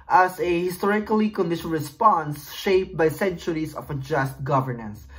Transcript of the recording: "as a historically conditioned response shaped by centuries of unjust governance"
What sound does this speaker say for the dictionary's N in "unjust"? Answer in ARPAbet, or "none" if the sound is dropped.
none